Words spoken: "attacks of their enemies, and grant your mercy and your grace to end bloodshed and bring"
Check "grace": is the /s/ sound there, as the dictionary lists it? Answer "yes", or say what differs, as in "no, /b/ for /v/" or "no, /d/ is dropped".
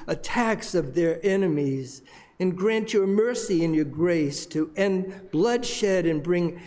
yes